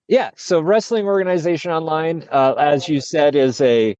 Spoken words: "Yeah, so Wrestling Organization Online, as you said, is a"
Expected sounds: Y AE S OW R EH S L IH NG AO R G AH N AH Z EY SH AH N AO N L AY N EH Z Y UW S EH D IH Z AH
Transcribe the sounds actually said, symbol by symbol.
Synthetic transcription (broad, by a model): Y AE S OW R EH S L IH NG AO R G AH N AH Z EY SH AH N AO N L AY N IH Z Y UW S EH D IH Z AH